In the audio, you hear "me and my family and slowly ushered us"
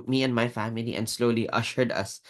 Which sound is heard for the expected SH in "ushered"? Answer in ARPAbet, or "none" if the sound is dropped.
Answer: SH